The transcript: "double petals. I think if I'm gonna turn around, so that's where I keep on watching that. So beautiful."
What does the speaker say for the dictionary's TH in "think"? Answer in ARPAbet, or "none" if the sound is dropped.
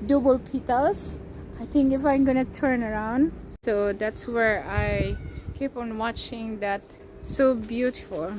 T